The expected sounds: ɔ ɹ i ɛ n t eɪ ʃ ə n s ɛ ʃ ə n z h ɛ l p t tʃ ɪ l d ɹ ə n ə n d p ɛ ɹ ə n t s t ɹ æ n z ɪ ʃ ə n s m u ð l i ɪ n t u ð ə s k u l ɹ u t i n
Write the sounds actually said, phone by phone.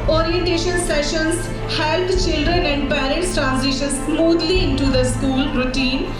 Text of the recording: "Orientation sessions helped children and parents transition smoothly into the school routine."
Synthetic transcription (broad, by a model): ɔ ɹ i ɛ n t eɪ ʃ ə n s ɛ ʃ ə n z h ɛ l t tʃ ɪ l d ɹ ə n ə n d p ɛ ɹ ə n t s t ɹ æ n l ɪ ʃ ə n s m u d l i ɪ n t u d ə s k u l ɹ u t i n